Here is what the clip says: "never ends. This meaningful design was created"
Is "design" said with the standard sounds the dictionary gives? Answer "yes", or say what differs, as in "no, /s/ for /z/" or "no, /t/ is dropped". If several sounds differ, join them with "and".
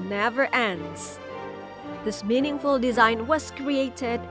yes